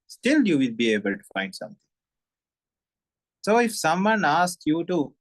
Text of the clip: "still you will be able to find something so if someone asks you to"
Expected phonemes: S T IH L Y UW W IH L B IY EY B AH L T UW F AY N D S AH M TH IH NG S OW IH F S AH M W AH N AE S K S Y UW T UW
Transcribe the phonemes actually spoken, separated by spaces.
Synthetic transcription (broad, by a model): S T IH L Y UW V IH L B IY EY B AH L T UW F AY N D S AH M T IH NG S OW IH F S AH M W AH N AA S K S Y UW T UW